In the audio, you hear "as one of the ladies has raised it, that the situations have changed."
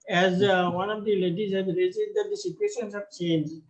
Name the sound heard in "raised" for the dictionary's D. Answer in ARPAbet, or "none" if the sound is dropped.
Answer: none